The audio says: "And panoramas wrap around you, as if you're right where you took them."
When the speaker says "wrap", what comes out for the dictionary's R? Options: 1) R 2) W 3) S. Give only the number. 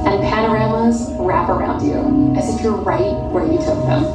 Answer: 1